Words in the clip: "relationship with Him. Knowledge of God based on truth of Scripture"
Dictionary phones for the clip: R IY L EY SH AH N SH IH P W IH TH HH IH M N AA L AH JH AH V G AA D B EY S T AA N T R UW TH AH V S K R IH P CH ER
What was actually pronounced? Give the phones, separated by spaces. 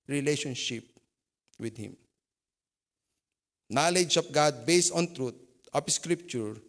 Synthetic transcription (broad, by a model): R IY L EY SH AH N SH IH P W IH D HH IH M N AA L AH JH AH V G AA D B EY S AA N T R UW T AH P S K R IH P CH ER